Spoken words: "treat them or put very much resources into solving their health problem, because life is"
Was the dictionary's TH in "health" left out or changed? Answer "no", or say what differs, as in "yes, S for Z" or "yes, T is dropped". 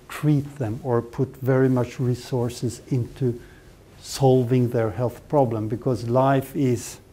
no